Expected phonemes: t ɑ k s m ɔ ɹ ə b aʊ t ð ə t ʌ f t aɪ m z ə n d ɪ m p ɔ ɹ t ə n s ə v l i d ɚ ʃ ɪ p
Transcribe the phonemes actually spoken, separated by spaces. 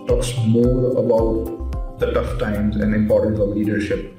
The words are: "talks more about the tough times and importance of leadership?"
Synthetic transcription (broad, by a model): t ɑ k s m ɔ ɹ ə b aʊ t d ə t ʌ f t aɪ m z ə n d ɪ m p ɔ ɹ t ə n ə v l i d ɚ ʃ ɪ p